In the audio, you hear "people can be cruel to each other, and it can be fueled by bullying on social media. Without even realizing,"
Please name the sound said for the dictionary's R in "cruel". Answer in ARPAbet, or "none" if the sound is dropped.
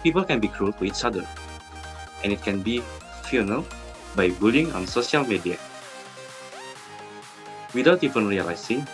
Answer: R